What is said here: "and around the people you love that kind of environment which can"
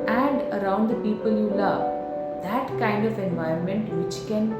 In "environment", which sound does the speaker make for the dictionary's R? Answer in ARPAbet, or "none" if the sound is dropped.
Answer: none